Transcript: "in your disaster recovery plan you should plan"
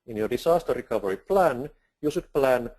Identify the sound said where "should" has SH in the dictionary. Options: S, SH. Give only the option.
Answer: S